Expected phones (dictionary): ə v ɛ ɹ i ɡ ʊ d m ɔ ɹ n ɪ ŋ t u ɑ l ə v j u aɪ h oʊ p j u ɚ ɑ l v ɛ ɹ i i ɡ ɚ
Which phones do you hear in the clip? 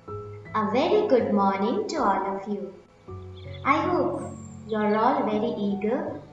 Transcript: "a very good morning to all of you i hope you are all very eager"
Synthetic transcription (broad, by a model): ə v ɛ ɹ i ɡ ʊ d m ɔ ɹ n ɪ ŋ t u ɑ l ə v j u aɪ h oʊ p j u ɚ ɑ l v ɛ ɹ i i ɡ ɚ